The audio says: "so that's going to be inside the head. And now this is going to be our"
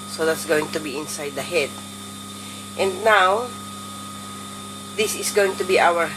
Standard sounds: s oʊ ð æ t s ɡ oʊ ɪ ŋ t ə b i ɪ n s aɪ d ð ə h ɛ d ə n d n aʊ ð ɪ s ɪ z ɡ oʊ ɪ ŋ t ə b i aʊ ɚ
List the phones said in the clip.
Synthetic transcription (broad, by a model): s oʊ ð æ t s ɡ oʊ ɪ ŋ t ə b i ɪ n s aɪ d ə h ɛ d ə n d n aʊ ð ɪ s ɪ s ɡ oʊ ɪ ŋ t ə b i aʊ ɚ